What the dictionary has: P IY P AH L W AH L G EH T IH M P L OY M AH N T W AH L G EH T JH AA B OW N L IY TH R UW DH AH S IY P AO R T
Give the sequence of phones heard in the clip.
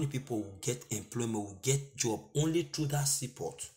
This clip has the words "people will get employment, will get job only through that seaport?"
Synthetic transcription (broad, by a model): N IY P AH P W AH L G EH T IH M P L OY M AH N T W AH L G EH T JH AA B OW N L IY T R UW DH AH S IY P AO T